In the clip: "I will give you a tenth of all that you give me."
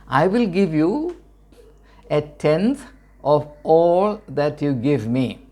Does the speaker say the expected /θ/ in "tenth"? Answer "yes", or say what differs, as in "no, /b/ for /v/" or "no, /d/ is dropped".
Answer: no, /t/ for /θ/